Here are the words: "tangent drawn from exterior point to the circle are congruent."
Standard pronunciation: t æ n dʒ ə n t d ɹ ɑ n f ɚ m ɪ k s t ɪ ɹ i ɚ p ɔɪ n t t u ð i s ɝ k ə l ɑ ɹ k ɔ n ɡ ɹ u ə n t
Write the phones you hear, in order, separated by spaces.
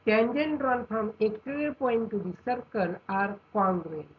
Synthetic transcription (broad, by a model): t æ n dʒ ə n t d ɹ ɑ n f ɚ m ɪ k t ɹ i p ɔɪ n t t u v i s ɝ k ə n ɑ ɹ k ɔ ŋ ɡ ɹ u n